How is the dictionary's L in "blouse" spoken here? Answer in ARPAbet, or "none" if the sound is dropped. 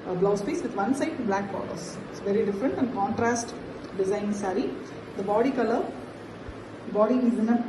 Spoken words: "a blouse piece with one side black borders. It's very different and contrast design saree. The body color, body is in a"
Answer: L